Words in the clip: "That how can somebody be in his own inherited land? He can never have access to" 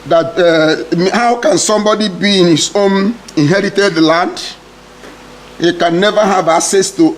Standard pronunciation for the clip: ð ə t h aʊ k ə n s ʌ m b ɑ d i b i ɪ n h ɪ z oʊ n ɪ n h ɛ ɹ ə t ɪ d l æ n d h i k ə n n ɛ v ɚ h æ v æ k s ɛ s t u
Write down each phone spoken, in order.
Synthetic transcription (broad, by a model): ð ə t h aʊ k ə n s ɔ m b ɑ d i b i ɪ n h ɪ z oʊ n ɪ n h ɛ ɹ ə t ɪ d l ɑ n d h i k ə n n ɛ v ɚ h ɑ v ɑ s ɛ s t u